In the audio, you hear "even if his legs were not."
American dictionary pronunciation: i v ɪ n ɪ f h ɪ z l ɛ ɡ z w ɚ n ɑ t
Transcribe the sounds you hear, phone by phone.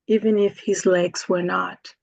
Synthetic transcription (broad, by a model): i v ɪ n ɪ f h ɪ z l ɛ ɡ z w ɚ n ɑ t